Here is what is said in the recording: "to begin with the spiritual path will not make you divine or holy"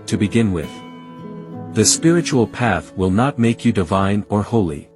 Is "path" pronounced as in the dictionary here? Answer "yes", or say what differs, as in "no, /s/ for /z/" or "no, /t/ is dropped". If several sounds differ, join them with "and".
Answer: yes